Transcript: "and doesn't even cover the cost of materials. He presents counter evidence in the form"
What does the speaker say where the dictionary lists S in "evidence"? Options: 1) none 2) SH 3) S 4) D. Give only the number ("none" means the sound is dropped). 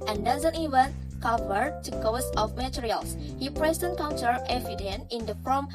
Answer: 1